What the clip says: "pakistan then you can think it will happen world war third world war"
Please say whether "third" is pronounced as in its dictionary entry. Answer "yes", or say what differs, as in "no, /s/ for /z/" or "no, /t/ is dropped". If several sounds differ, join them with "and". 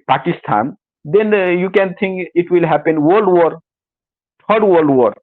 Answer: no, /t/ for /θ/